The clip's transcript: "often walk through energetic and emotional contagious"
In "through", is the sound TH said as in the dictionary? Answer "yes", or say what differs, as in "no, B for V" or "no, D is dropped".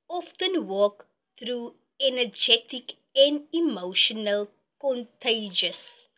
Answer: no, T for TH